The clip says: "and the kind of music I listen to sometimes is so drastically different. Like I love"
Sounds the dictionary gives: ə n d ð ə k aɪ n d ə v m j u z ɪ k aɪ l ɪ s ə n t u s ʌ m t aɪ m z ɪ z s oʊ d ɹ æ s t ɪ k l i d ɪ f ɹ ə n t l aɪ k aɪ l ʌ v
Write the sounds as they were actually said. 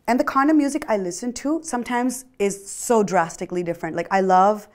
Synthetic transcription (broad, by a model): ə n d ð ə k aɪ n ə m j u z ɪ k aɪ l ɪ s ə n t u s ʌ m t aɪ m z ɪ z s oʊ d ɹ æ s t ɪ k l i d ɪ f ɹ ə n t l aɪ k aɪ l ʌ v